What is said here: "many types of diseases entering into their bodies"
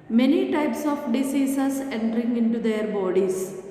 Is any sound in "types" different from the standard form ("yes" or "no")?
no